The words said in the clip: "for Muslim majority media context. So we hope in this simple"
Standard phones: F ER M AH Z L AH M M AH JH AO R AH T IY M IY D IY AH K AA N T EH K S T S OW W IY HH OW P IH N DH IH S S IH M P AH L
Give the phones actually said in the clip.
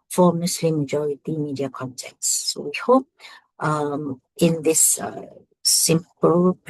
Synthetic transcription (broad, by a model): F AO M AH S L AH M M AH JH AO R AH T IY M IY D IY AH K AA N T EH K T S OW W IY HH OW P IH N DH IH S S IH M P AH L